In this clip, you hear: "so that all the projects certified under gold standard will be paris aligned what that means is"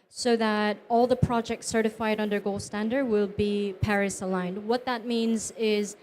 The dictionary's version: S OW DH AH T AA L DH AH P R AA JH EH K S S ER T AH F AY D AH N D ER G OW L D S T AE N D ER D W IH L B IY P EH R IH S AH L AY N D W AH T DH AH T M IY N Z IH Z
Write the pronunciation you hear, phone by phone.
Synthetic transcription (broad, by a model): S OW DH AH T AA L DH AH P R AA JH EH K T S ER T AH F AY D AH N D ER G OW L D S T AE N D ER D W IH L B IY P EH R IH S AH L AY N D W AH T DH AH T M IY N Z IH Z